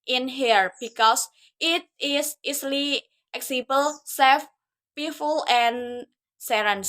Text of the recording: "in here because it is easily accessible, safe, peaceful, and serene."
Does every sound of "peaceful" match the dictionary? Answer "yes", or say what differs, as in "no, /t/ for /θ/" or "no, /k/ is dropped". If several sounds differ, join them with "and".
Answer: no, /s/ is dropped